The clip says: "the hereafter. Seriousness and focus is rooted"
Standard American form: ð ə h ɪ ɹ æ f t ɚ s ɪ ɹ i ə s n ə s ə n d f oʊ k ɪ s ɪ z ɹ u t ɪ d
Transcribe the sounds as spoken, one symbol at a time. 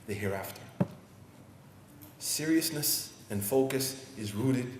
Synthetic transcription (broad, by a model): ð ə h ɪ ɹ æ f t ɚ s ɪ ɹ i ə s n ə s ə n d f oʊ k ɪ s ɪ z ɹ u t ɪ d